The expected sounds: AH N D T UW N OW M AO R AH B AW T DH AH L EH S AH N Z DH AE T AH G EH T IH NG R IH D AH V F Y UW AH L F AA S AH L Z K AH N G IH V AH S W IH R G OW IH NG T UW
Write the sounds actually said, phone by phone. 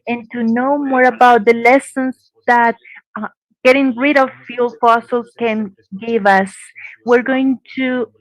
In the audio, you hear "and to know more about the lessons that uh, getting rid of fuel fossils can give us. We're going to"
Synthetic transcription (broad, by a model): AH N T UW N OW M AO R AH B AW T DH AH L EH S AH N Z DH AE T G EH T IH NG R IH D AH V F Y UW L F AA S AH L K AH N G IH V AH S W IH R G OW IH NG T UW